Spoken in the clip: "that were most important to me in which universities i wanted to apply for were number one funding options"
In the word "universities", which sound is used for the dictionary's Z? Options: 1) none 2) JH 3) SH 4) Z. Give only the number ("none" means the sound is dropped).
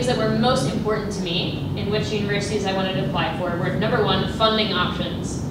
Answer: 4